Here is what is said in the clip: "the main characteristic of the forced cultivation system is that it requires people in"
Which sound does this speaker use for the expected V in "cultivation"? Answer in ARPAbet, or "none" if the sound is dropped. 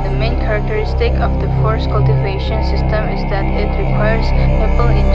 V